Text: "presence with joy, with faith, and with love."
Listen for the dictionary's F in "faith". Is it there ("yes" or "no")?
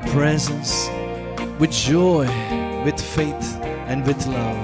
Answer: yes